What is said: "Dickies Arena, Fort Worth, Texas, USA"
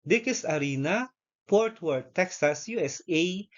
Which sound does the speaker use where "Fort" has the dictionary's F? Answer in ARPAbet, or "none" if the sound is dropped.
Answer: P